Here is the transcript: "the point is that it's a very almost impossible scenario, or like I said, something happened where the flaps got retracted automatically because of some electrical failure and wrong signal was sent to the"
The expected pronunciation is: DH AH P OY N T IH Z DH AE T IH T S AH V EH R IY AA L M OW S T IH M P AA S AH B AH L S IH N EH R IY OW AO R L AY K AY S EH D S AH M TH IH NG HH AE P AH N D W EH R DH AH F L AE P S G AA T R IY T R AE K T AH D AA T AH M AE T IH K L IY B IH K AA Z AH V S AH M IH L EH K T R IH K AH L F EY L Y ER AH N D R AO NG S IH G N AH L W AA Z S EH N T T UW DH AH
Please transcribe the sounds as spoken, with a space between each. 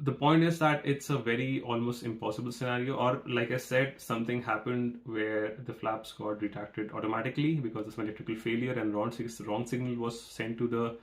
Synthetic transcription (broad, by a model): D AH P OY N T IH Z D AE T IH T S AH V EH R IY AA L M OW S T IH M P AA S AH B AH L S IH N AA R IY OW AO R L AY K AY S EH D S AH M T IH NG HH AE P AH N D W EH R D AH F L AE P S G AA T R IY T R AE K T AH D AA T AH M AE T IH K L IY B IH K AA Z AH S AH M IH L EH K T R IH K AH L F EY L Y ER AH N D R AO NG S IH G N AH L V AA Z S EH N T T UW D AH